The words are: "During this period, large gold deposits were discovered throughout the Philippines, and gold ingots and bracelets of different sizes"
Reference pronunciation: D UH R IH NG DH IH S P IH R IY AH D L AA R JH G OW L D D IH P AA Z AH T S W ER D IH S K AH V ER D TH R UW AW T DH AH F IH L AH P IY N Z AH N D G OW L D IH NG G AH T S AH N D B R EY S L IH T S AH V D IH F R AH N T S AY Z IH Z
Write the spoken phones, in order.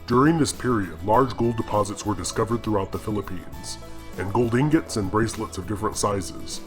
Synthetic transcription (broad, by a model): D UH R IH NG DH IH S P IH R IY AH D L AA R JH G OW L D D IH P AA Z AH T S W ER D IH S K AH V ER D TH R UW AW T DH AH F IH L AH P IY N Z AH N G OW L D IH NG G AH T S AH N B R EY S L IH T S AH V D IH F R AH N T S AY Z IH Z